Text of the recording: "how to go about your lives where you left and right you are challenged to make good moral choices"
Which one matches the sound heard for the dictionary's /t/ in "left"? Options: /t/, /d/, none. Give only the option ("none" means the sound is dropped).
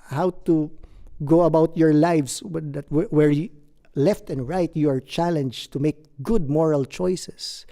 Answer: /t/